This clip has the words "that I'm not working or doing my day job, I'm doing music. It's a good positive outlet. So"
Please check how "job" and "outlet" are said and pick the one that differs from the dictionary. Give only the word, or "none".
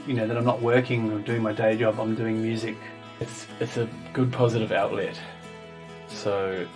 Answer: none